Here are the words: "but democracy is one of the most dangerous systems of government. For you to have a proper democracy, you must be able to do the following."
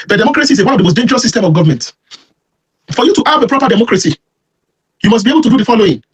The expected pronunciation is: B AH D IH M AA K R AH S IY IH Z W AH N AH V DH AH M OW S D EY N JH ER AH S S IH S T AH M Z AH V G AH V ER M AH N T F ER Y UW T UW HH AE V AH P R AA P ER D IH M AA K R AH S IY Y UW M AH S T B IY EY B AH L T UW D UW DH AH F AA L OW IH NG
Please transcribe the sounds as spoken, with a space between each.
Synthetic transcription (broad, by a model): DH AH D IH M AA K R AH S IY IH W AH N AH V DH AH M OW S D EY N JH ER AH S S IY S T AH M AH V G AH V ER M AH N T F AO Y UW T UW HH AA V AH P R AA P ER D IH M AA K R AH S IY Y UW M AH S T B IY EY B AH L T UW D UW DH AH F AA L OW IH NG